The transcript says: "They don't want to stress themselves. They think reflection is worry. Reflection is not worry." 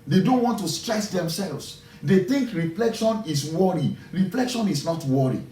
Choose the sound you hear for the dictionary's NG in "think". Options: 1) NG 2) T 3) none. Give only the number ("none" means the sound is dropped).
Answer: 1